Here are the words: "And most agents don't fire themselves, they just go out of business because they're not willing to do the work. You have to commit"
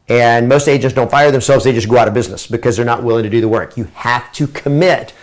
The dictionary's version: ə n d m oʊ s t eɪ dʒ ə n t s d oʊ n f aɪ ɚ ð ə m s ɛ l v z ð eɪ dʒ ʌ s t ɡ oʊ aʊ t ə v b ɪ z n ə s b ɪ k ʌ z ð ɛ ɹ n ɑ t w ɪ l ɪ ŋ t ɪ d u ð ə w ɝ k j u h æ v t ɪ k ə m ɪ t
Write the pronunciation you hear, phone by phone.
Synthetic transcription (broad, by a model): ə n m oʊ s t eɪ dʒ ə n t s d oʊ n f aɪ ɚ ð ə m s ɛ l v z ð eɪ dʒ ʌ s ɡ oʊ aʊ t ə v b ɪ z n ə s b ɪ k ʌ z ð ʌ ɹ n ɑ t w ɪ l ɪ ŋ t ɪ d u ð ə w ɝ k j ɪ h æ f t ɪ k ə m ɪ t